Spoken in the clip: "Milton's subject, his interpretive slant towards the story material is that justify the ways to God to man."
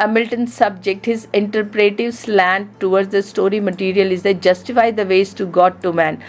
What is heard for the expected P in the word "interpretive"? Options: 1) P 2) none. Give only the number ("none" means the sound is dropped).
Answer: 1